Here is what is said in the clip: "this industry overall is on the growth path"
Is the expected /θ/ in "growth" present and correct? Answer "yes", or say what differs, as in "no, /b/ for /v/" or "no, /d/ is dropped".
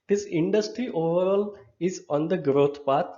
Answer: no, /t/ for /θ/